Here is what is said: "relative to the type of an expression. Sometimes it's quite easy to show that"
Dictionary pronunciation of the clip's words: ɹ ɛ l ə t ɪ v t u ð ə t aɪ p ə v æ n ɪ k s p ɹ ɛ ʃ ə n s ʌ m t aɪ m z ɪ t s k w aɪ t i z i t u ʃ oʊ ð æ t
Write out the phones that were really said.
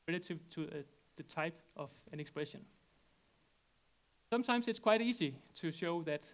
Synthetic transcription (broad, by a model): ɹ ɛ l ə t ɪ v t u ð ə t aɪ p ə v æ n ɪ k s p ɹ ɛ ʃ ə n s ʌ m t aɪ m s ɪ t s k w aɪ t i s i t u ʃ oʊ ð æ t